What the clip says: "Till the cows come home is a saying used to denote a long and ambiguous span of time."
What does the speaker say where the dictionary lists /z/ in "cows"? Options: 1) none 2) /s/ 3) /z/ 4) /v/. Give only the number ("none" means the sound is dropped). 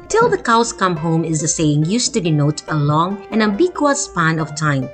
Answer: 2